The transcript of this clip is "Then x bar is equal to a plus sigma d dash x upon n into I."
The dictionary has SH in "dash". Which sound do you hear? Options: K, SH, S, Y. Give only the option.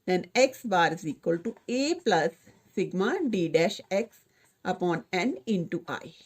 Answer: SH